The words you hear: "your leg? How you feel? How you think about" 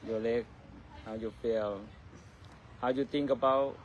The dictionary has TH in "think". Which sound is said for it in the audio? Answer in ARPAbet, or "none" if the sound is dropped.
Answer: T